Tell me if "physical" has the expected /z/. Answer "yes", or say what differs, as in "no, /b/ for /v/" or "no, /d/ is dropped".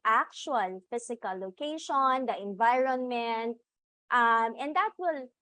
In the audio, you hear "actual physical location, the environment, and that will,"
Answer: no, /s/ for /z/